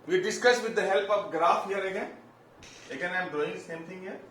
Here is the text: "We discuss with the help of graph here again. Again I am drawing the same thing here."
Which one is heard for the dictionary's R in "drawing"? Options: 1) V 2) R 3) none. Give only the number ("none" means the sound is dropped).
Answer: 3